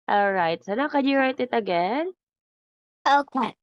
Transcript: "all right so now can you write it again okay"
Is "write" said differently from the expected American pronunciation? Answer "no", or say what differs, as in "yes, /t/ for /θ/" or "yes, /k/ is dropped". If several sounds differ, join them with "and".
no